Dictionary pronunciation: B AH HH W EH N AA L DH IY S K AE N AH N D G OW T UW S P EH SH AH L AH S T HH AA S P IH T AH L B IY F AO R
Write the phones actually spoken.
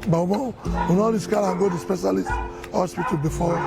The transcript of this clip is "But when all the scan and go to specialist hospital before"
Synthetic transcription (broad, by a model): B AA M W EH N AA L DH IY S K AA AH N G OW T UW S P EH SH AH L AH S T HH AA S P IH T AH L B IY F AO